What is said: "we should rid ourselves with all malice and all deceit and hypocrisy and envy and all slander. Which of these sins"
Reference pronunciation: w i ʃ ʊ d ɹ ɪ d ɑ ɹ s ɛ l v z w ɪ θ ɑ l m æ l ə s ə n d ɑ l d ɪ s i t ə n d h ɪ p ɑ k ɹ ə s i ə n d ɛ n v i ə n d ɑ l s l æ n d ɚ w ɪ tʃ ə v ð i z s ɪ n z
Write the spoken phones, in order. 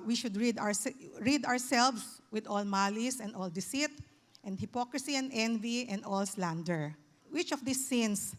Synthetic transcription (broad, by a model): w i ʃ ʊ d ɹ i d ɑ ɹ s ɛ l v s w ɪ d ɑ l m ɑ l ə s ə n d ɑ l d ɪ s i t ə n d h ɪ p ɑ k ɹ ə s i ə n d ɛ n v i ə n d ɑ l s l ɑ n d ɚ w ɪ tʃ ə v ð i s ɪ n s